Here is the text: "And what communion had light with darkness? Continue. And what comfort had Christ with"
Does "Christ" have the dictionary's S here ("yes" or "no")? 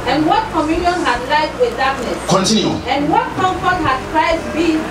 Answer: no